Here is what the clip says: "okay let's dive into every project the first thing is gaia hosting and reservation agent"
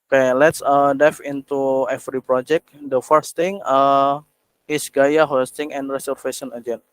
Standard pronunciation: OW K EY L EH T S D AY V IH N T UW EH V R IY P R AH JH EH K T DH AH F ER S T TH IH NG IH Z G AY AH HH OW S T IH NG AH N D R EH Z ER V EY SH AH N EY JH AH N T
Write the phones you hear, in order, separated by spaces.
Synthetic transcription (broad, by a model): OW K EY L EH T S D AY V IH N T UW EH F R IY P R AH JH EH K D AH F ER S T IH NG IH S G AY AH HH OW S T IH NG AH N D R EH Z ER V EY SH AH N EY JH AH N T